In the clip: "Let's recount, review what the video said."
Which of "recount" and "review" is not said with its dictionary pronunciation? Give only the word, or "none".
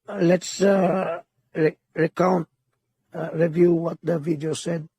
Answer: none